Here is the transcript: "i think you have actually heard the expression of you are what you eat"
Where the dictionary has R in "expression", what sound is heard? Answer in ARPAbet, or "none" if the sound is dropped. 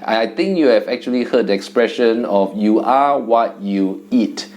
R